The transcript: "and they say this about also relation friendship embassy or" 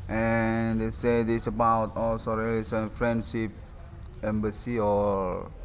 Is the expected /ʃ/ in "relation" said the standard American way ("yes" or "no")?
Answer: no